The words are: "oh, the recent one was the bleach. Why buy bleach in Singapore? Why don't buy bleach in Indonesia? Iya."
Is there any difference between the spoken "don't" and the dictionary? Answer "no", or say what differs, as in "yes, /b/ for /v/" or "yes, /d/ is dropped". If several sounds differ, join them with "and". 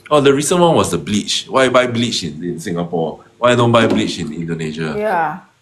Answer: no